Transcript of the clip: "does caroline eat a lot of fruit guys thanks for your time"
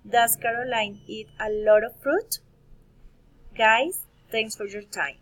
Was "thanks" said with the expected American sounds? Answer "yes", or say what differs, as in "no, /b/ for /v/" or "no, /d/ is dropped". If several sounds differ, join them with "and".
no, /t/ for /θ/